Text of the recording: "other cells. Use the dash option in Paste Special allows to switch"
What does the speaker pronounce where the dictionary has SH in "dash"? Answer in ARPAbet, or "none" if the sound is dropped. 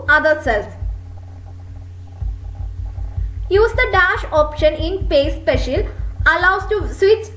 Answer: SH